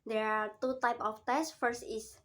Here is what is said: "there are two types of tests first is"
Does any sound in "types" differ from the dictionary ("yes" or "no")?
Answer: yes